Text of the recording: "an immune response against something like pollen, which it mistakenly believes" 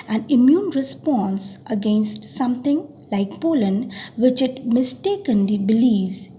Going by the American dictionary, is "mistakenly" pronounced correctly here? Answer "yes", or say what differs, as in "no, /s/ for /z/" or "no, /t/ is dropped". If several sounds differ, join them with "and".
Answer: yes